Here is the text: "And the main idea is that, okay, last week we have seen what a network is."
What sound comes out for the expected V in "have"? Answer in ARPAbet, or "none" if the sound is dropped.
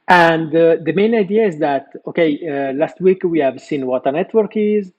V